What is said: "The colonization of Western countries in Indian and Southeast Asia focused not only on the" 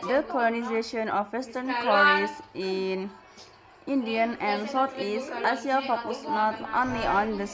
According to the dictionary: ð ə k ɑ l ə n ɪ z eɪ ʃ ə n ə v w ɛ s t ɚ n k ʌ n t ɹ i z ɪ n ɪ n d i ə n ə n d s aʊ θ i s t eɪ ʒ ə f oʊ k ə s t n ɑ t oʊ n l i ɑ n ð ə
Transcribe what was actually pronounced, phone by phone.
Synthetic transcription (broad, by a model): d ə k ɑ l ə n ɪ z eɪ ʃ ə n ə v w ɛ s t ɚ n k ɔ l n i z ɪ n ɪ n d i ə n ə n s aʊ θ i s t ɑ s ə f oʊ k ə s n ɑ t oʊ n l i ɑ n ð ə